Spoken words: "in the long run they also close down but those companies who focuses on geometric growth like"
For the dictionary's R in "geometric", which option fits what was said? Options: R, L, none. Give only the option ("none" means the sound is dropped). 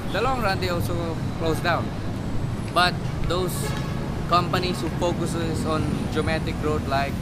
none